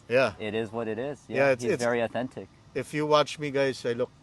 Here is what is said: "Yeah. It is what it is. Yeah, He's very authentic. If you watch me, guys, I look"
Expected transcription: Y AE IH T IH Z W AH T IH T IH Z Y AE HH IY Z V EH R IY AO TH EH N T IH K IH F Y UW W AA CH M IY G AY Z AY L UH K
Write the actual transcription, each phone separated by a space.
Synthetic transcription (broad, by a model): Y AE IH T IH Z W AH T IH T IH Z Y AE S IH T V EH R IY AO TH EH N T IH K IH F Y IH W AA CH M IY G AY S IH L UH K